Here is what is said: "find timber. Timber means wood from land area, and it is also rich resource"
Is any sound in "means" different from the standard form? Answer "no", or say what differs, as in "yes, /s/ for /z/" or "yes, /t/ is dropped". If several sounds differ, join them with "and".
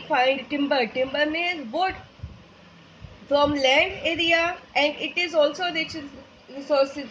yes, /n/ is dropped